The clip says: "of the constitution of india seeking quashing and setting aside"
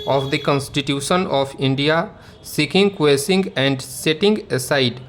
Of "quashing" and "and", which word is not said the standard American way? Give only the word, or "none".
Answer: quashing